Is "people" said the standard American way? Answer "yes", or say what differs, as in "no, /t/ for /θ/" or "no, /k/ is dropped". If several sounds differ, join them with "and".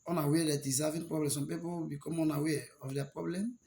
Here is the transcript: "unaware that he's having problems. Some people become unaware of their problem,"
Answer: no, /w/ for /l/